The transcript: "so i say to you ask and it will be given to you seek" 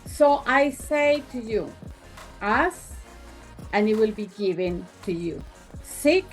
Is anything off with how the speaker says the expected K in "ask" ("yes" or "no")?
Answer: yes